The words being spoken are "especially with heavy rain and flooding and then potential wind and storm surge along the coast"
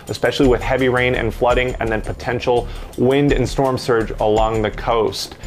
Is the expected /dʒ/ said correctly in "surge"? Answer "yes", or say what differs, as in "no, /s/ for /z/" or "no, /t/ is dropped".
yes